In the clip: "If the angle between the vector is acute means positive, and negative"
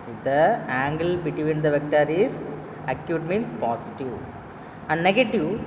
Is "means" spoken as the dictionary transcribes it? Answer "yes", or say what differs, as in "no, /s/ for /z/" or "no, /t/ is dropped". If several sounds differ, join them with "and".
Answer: no, /s/ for /z/